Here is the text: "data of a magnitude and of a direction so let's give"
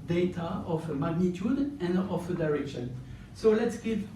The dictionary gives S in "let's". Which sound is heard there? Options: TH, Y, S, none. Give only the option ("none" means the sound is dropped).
S